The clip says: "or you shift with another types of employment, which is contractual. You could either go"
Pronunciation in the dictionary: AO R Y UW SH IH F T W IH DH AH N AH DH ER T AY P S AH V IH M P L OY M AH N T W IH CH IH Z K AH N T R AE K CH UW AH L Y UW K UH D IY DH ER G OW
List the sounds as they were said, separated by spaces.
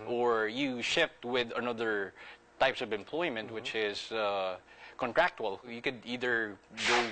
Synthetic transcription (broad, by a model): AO R Y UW SH IH F T W IH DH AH N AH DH ER T AY P S AH V IH M P L OY M AH N T W IH CH IH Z K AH N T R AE K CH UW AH L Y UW K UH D IY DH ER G OW